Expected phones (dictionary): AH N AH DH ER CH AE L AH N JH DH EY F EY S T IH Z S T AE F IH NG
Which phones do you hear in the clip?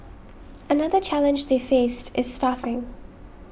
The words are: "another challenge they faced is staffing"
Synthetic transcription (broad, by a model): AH N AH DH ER CH AE L AH N JH DH EY F EY S T IH Z S T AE F IH NG